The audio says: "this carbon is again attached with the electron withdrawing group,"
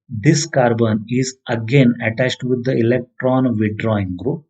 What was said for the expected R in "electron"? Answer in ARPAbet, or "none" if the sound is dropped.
R